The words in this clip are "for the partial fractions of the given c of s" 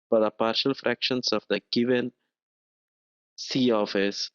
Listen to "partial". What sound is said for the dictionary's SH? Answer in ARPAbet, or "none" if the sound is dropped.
SH